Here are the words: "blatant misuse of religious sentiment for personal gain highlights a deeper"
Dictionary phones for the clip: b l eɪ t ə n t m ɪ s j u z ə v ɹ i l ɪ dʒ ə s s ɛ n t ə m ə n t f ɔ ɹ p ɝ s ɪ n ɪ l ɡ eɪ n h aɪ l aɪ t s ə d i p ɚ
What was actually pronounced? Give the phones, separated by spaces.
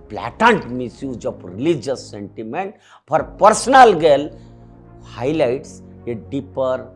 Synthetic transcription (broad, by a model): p l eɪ t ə n t m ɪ s j u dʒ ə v ɹ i l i dʒ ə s s ɛ n t ə m ə n t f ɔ ɹ p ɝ s n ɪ l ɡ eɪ l h aɪ l aɪ t s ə d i p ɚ